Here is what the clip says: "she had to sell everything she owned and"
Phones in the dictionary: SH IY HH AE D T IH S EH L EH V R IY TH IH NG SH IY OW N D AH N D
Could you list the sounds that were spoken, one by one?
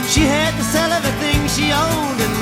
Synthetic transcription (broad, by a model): SH IY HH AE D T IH S EH L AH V IY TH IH NG SH IY OW N D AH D